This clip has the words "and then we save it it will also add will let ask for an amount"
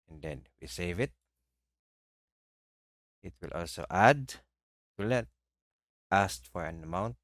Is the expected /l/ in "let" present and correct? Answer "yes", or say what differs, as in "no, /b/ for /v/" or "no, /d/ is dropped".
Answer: no, /n/ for /l/